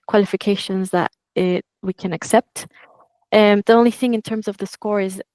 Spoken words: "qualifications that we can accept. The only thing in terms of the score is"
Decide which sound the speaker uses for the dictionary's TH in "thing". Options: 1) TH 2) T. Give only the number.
1